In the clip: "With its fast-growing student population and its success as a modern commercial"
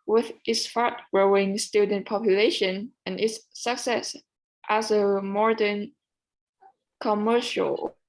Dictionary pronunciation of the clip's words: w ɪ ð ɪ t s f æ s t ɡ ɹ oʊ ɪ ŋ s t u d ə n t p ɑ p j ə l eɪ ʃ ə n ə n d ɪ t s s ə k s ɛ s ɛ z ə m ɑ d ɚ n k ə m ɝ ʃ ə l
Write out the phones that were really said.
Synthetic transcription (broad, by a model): w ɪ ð ɪ t s f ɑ t ɡ ɹ oʊ ɪ ŋ s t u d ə n p ɑ p j ə l eɪ ʃ ə n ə n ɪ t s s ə k s ɛ s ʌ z ə m ɑ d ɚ n k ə m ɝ ʃ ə l